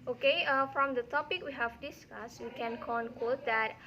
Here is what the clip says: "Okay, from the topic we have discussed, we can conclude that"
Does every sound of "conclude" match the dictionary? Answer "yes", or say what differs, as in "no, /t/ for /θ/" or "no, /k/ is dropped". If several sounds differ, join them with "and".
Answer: no, /w/ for /l/